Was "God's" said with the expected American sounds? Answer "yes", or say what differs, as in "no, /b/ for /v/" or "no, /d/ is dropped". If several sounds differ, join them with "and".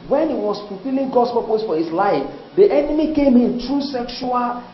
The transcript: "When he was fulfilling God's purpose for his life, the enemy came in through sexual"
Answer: no, /s/ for /z/